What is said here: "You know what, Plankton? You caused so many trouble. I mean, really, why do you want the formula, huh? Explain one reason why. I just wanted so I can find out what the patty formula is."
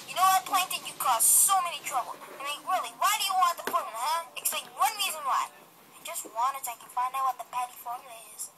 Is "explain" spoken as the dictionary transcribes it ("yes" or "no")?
no